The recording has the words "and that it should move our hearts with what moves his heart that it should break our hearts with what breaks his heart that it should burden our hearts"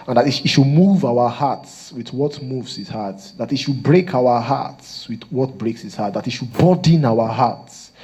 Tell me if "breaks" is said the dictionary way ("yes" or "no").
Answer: yes